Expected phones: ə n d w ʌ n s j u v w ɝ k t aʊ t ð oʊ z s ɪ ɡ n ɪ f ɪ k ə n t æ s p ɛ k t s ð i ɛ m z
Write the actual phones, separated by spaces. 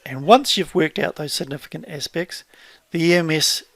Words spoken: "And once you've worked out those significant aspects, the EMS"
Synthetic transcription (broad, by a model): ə n w ʌ n s j u v w ɝ k t aʊ t ð oʊ z s ɪ ɡ n ɪ f ɪ k ə n t æ s p ɛ k t s ð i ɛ m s